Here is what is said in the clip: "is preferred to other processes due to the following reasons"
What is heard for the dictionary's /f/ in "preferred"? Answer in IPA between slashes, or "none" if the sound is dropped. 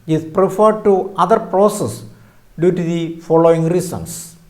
/f/